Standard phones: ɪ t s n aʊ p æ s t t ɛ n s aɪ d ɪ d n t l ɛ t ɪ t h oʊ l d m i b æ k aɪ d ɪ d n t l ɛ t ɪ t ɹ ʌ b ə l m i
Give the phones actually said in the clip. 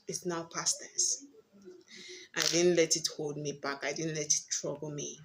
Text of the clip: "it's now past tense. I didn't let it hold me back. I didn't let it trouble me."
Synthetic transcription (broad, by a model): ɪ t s n aʊ p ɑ s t t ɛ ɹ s aɪ d ɪ d n t l ɛ t ɪ t h oʊ l d m i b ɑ k aɪ d ɪ d n t l ɛ t ɪ t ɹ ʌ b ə l m i